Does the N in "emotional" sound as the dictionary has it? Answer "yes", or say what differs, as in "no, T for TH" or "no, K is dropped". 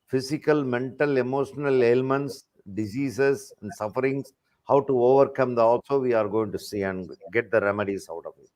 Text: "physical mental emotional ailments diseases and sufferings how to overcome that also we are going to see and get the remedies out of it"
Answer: yes